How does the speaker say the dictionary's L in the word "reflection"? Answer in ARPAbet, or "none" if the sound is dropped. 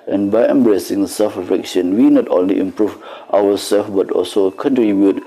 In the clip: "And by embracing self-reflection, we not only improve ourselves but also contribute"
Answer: none